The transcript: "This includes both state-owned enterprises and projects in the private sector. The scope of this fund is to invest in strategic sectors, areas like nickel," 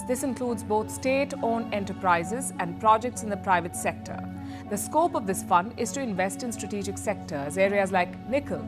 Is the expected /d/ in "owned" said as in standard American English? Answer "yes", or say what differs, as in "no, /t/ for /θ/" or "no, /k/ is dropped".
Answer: no, /d/ is dropped